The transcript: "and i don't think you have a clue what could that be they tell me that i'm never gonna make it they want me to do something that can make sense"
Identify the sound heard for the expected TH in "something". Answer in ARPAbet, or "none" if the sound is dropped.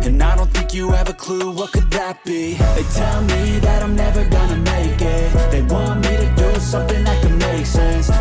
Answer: TH